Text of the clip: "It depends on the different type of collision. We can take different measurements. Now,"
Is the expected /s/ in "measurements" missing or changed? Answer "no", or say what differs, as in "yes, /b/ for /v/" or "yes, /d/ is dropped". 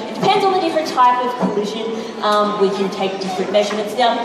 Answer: no